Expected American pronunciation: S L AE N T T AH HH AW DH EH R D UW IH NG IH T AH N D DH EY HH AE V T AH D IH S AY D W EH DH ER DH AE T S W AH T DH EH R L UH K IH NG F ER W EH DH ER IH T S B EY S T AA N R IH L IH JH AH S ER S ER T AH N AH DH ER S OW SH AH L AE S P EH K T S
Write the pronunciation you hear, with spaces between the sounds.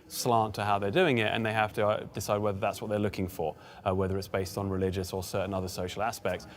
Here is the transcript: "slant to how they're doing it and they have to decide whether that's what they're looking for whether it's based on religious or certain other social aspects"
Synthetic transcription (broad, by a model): S L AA N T T AH HH AW DH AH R D UW IH NG IH T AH N DH EY HH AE F T AH D IH S AY D W EH DH ER DH AE T S W AH T DH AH R L UH K IH NG F ER W EH DH ER IH T S B EY S T N R IH L IH JH AH S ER S ER T N AH DH ER S OW SH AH L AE S P EH K T S